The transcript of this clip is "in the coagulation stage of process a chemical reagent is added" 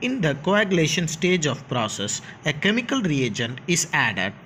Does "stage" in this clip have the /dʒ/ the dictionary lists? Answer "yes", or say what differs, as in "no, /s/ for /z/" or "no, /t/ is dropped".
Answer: yes